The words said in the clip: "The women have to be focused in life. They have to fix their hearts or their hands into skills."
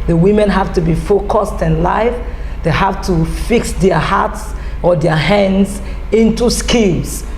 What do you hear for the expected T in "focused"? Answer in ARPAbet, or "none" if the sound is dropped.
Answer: T